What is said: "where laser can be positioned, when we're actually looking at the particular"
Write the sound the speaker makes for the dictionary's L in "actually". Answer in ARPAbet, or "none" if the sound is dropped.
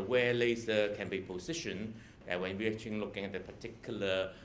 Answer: none